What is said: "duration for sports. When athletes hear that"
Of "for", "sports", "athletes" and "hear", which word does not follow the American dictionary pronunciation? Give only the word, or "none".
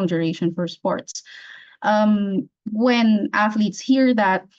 none